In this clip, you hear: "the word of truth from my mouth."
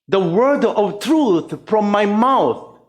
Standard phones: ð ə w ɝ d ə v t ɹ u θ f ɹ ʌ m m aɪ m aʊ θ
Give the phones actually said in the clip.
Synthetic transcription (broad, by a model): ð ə w ɝ d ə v t ɹ u θ f ɹ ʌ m m aɪ m aʊ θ